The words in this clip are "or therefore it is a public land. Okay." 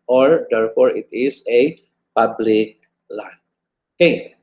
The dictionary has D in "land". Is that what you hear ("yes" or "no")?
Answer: no